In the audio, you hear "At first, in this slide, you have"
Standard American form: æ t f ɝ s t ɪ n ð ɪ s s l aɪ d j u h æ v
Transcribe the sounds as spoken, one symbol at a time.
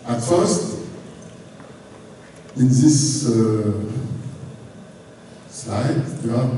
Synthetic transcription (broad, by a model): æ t f ɝ s t ɪ n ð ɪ s s l aɪ d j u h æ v